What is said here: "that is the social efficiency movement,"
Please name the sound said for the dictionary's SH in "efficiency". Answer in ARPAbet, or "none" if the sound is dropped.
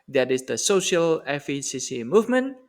S